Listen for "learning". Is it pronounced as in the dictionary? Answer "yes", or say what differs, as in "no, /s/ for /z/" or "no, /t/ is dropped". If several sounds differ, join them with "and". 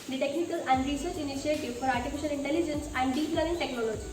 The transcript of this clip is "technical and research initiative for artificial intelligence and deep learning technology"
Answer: no, /n/ is dropped